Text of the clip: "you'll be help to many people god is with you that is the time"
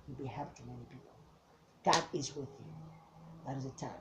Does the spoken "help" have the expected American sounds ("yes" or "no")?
no